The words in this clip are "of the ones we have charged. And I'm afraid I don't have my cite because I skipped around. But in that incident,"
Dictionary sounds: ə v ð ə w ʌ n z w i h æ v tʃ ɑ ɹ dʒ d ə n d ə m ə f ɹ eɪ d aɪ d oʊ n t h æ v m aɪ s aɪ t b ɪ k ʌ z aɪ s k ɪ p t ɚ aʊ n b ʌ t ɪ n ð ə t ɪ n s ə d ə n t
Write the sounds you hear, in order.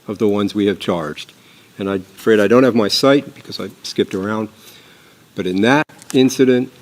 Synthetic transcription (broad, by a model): ə v ð ə w ʌ n z w i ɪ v tʃ ɑ ɹ dʒ d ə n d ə ə f ɹ eɪ d aɪ d oʊ n t h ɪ v m aɪ s aɪ t b ɪ k ʌ z aɪ s k ɪ p t ɚ aʊ n b ʌ t ɪ n ð ə t ɪ n s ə d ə n t